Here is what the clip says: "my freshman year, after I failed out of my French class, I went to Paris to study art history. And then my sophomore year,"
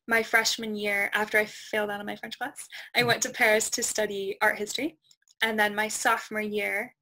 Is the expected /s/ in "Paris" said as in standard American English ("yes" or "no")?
yes